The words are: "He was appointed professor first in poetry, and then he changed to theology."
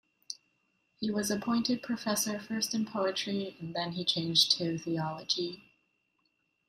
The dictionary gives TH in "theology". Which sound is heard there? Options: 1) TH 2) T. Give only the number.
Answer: 1